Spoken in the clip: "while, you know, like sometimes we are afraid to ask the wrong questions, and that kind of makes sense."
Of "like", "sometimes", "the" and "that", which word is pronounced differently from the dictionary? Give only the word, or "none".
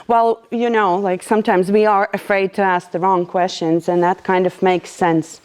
none